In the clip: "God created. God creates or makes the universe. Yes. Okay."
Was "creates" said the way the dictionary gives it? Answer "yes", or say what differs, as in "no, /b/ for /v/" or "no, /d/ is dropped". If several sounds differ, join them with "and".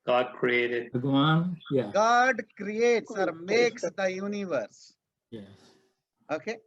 yes